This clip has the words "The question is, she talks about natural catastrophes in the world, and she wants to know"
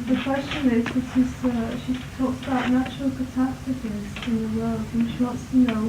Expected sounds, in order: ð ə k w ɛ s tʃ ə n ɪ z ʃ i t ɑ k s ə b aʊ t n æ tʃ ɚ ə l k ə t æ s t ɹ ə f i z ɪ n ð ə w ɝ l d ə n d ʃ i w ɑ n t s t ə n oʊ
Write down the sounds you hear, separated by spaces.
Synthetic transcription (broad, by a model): ð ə k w ɛ s tʃ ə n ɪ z ʃ i t ɑ k s ə b aʊ t n æ tʃ ɚ ə l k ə t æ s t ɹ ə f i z ɪ n ð ə w ɝ l d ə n ʃ i w ɑ n t s t ə n oʊ